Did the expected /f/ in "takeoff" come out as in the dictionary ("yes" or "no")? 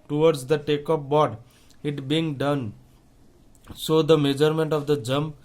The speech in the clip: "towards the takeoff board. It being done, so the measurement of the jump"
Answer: no